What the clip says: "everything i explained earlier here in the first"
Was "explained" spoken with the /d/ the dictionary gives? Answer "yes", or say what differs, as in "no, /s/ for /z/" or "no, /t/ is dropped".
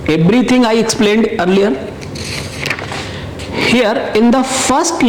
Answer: yes